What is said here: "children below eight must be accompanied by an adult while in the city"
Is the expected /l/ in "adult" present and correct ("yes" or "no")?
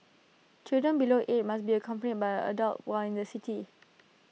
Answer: yes